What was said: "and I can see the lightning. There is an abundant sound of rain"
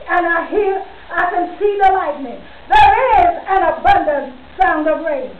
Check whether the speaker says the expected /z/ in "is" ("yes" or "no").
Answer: yes